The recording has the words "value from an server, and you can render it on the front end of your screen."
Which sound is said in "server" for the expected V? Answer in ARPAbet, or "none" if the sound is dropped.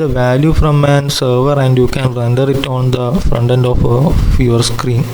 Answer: V